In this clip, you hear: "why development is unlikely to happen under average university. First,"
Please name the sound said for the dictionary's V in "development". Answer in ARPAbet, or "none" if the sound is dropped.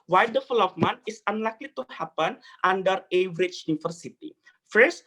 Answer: F